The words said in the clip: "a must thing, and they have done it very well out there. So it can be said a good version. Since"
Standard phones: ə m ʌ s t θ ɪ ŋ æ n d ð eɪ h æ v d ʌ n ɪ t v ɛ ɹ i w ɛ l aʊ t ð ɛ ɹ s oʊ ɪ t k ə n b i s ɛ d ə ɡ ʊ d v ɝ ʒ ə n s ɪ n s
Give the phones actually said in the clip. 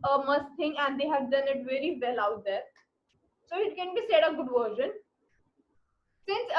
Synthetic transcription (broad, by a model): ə m ʌ s t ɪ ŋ æ n d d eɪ h æ v d ʌ n ɪ t v ɛ ɹ i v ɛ l aʊ t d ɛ ɹ s oʊ ɪ t k ə n b i s ɛ d ə ɡ ʊ d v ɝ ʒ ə n s ɪ n s